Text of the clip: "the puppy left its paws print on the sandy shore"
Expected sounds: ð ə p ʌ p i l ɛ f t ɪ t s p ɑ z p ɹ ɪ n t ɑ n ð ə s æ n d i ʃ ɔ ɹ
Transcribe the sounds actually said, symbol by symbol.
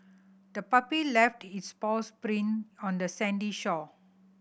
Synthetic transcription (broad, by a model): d ə p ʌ p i l ɛ f t ɪ t s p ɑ s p ɹ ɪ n ɑ n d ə s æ n d i ʃ ɔ